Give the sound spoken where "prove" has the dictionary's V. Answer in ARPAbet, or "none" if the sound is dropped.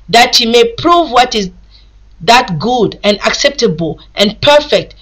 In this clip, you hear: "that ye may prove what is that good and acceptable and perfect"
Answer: V